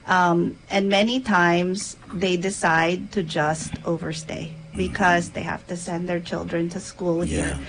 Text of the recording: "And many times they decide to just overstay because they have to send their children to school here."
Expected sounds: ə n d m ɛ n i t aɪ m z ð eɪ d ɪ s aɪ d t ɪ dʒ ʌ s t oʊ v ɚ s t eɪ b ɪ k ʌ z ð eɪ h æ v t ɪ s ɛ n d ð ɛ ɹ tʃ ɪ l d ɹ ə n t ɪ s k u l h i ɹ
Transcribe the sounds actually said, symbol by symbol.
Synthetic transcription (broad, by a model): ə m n m ɛ n i t aɪ m z ð eɪ d ɪ s aɪ d t ɪ dʒ ʌ s t oʊ v ɚ s t eɪ b ɪ k ʌ z ð eɪ h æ f t ɪ s ɛ n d ð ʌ ɹ tʃ ɪ l d ɹ ə n t ɪ s k u l h i ɹ